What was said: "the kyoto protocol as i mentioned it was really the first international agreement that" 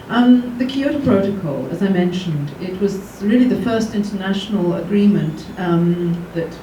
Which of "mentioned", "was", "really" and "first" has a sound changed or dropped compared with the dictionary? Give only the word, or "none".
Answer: none